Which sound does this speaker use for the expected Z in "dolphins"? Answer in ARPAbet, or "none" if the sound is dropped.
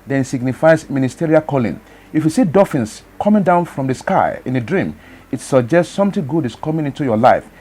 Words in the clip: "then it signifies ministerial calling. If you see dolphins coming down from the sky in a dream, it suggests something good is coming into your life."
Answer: S